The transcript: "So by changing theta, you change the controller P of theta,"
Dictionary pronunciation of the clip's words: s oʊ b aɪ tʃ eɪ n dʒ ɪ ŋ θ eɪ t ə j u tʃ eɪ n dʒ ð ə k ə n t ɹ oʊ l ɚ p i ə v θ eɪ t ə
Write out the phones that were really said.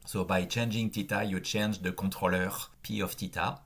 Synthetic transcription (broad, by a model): s oʊ b aɪ tʃ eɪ n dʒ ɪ ŋ t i t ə j u tʃ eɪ n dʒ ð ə k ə t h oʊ l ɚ p i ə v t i t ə